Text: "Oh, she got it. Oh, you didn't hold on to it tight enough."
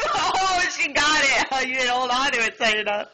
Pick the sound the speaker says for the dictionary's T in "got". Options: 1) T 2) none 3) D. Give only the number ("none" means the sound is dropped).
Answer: 1